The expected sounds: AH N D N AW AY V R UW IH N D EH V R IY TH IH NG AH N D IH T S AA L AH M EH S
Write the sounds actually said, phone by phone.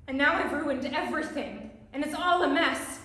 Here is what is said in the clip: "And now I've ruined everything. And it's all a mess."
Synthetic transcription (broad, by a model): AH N N AW AY V R UW IH N D EH V R IY TH IH NG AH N IH T S AA L AH M EH S